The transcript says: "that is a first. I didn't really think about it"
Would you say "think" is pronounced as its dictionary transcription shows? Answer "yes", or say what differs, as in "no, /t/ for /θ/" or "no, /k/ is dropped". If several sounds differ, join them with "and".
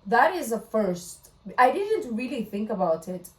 yes